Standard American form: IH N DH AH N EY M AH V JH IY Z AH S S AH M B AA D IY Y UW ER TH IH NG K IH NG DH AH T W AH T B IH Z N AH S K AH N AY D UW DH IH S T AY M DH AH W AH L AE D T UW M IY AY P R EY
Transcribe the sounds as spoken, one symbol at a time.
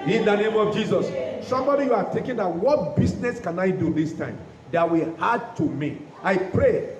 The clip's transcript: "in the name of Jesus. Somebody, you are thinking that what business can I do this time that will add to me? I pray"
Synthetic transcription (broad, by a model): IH N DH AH N EY M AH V JH IY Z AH S S AH M B AA D IY Y UW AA T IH K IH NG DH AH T W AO T B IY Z N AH S K AH N AY D UW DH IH S T AY M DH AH W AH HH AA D T UW M IY AY P R EY